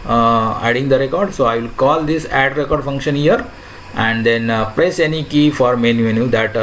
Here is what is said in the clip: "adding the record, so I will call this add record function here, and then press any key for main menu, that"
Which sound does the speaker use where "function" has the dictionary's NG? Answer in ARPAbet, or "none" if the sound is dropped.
NG